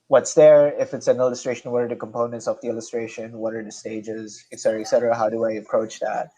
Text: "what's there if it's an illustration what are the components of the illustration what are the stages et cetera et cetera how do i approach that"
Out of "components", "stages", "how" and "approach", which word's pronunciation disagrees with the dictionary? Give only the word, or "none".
none